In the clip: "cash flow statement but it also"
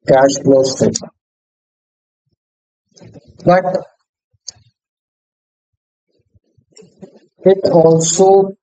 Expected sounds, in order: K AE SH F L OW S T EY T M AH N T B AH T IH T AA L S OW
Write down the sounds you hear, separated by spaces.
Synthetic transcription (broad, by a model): K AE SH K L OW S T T AH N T B AH T IH T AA L S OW